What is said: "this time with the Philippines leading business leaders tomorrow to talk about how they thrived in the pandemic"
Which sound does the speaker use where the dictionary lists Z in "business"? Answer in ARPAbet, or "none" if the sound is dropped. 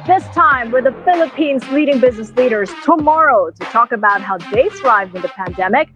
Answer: Z